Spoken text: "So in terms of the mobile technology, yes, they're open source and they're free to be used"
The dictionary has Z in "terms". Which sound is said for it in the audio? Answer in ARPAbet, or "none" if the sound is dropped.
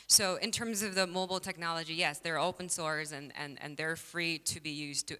Z